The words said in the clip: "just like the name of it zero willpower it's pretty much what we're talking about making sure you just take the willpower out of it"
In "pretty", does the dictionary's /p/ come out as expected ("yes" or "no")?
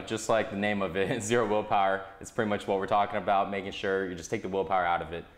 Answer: yes